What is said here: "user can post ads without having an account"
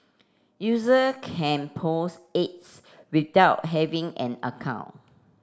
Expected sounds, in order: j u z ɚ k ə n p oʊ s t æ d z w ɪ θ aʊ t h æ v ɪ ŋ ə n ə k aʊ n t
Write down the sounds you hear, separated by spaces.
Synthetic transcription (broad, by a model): j u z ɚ k ə n p oʊ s ɛ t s w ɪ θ aʊ t h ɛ v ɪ ŋ ə n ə k aʊ n